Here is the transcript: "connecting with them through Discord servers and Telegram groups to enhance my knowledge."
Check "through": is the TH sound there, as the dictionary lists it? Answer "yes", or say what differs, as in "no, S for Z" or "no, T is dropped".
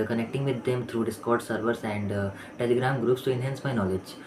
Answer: no, T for TH